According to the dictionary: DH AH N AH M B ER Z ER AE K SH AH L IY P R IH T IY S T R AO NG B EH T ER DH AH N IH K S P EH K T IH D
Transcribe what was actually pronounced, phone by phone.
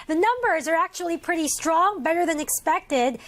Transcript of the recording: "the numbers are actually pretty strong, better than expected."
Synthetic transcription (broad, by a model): DH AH N AH M B ER Z ER AE K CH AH L IY P R IH T IY S T R AO NG B EH T ER DH AH N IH K S P EH K T IH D